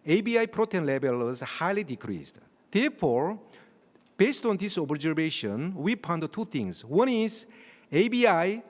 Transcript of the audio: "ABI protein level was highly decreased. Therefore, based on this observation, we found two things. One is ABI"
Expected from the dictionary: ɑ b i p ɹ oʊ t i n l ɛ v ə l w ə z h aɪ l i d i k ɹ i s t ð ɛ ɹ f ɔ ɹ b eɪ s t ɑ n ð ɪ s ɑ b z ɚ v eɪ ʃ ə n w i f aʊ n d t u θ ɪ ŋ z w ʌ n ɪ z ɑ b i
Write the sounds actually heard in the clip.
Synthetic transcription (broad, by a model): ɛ b i p ɹ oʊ t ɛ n l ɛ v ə l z h aɪ l i d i k ɹ i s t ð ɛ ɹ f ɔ ɹ b eɪ s t ɑ n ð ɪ s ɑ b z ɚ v eɪ ʃ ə n w i p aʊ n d t u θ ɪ ŋ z w ʌ n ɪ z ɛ b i